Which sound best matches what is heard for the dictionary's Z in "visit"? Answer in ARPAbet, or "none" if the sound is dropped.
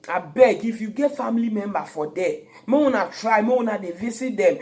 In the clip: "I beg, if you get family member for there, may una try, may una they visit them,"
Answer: S